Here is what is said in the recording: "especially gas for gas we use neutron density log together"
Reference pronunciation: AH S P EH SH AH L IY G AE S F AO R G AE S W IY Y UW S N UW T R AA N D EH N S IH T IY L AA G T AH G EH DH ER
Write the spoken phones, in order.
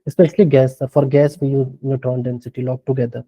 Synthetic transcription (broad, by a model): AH S P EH SH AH L IY G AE S F AO R G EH S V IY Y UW N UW T AA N D EH N S IH T IY L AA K T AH G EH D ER